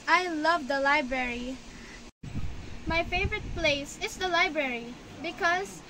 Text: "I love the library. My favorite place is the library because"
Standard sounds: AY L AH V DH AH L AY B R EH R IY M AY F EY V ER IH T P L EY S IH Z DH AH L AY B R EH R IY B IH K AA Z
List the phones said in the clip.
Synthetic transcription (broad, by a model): AY L AH V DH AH L AY B R EH R IY M AY F EY V ER IH T P L EY S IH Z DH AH L AY B R EH R IY B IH K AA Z